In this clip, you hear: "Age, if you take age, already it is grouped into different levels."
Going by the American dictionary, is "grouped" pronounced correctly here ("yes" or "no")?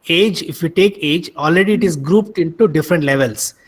yes